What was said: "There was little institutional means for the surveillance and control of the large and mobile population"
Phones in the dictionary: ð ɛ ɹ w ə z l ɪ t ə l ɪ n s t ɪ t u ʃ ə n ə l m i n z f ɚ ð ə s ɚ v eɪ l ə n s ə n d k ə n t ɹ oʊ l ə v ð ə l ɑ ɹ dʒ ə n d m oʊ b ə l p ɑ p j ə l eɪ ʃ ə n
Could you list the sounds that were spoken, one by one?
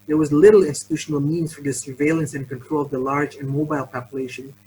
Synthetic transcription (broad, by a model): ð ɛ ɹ w ə z l ɪ t l ɪ n s t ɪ t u ʃ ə n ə l m i n z f ɚ ð ə s ɚ v eɪ l ə n s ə n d k ə n t ɹ oʊ l ə v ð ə l ɑ ɹ dʒ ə n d m oʊ b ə l p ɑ p j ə l eɪ ʃ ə n